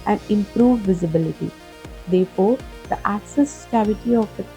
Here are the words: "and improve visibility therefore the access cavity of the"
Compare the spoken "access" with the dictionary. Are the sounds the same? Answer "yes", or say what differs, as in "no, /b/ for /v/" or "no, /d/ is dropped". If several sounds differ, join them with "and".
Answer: yes